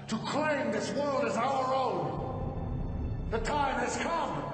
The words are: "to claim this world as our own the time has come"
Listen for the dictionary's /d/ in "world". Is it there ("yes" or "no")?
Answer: yes